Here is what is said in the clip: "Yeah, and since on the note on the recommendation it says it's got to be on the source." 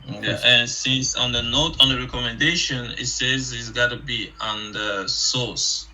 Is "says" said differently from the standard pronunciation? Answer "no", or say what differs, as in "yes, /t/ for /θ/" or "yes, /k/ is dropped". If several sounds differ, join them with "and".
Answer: no